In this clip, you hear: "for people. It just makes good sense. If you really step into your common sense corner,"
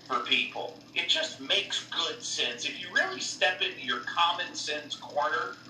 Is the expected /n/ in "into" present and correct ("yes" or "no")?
yes